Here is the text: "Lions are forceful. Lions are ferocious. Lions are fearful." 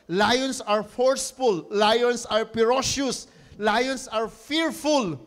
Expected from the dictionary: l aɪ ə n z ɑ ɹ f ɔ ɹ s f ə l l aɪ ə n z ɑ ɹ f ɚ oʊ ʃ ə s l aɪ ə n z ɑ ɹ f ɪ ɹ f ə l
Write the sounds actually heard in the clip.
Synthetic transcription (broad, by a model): l aɪ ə n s ɑ ɹ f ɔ ɹ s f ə l l aɪ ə n s ɑ ɹ p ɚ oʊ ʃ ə s l aɪ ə n s ɑ ɹ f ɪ ɹ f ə l